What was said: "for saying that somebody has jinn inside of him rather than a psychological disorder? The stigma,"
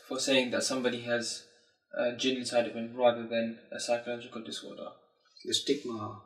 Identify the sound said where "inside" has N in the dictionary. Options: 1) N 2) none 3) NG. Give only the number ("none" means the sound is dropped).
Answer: 2